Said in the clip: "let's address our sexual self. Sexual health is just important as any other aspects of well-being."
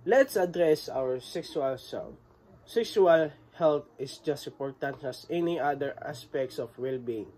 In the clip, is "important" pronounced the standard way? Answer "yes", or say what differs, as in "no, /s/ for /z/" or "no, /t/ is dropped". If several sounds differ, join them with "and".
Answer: no, /m/ is dropped